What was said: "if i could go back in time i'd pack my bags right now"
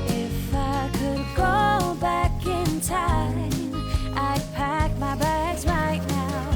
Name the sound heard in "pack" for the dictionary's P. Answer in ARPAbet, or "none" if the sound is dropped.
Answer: P